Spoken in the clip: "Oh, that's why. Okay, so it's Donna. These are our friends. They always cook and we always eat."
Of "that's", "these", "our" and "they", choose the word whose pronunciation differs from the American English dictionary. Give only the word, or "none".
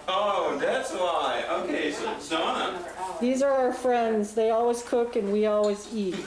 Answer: none